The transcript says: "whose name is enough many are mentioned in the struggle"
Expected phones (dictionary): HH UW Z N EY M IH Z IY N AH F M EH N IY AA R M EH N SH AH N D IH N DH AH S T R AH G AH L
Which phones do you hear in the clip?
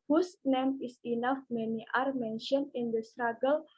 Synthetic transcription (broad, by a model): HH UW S N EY M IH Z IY N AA F M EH N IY AA R M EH N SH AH N IH N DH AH S T R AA G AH L